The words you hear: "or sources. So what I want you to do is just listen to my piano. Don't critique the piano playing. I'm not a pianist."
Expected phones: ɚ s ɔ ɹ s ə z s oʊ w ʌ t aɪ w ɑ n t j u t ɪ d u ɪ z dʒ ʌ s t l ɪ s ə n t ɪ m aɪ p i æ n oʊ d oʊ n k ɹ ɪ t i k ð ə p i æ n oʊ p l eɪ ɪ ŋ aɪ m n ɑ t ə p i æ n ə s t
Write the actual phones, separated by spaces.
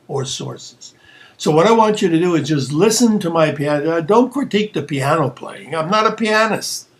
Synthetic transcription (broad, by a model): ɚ s ɔ ɹ s ə z s oʊ w ʌ t aɪ w ɑ n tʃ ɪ t ɪ d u ɪ z dʒ ʌ s t l ɪ s ə n t ɪ m aɪ p i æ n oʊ d oʊ n k ɹ ɪ t i k ð ə p i æ n oʊ p l eɪ ɪ ŋ aɪ m n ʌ t ə p i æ n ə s